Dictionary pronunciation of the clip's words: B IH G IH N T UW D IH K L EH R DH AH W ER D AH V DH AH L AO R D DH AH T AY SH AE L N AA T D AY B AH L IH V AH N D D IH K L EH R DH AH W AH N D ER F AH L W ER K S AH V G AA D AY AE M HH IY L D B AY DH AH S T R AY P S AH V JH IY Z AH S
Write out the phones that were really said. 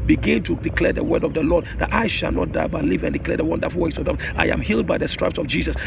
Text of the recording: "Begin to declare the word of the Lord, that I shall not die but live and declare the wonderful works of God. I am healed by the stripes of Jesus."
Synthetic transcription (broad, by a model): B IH G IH N T UW D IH K L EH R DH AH W ER D AH V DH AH L AO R D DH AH T AY SH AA L N AA T D AY B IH L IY V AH N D D IH K L EH R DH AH W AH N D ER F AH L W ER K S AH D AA AY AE M HH IY L D B AY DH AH S T R AY P S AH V JH IY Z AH S